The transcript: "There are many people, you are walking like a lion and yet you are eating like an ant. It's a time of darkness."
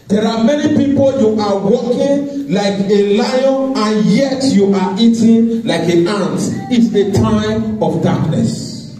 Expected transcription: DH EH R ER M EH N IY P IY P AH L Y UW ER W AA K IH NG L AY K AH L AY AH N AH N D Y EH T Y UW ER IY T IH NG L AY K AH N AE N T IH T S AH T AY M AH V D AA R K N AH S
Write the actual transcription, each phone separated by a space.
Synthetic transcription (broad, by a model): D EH R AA M EH N IY P IY P AH L Y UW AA W AA K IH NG L AY K AH L AY AH N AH N Y EH T Y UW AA IY T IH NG L AY K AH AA N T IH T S AH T AY AH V D AA K N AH S